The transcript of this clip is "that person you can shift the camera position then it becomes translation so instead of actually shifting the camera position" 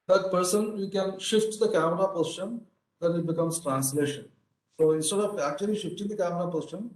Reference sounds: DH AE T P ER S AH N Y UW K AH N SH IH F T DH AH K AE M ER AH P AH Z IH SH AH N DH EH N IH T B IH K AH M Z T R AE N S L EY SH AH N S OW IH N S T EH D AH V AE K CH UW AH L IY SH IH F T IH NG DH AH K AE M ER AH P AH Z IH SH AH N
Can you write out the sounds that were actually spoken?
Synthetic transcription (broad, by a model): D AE T P ER S AH N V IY K AH N SH IH F T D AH K AE M ER AH P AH S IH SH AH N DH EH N IH T B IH K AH M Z T R AE N S L EY SH AH N S OW IH N S T EH D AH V AE K CH UW AH L IY SH IH F T IH NG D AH K AE M ER AH P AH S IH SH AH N